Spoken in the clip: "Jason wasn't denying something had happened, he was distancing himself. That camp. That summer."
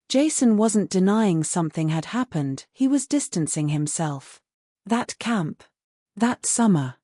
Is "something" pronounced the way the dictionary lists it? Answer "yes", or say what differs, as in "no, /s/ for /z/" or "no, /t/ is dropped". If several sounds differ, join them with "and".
yes